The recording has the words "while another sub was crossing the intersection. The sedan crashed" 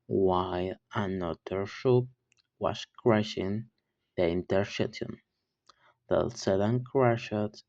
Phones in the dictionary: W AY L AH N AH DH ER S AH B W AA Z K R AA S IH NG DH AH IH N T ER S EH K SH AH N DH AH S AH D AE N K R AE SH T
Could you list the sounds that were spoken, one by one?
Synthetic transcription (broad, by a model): W AY L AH N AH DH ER SH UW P W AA S K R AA SH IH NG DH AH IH N T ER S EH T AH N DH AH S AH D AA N K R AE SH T